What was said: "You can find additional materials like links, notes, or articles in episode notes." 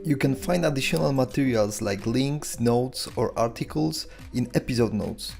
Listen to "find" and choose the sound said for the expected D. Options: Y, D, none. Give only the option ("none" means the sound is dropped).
D